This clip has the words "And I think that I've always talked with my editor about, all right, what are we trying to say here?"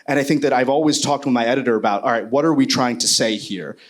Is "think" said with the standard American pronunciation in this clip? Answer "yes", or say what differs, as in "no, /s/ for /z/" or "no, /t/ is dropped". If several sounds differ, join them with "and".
yes